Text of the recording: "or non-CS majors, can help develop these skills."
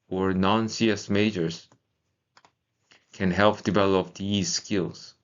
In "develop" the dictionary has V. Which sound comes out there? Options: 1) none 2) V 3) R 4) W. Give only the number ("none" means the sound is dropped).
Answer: 2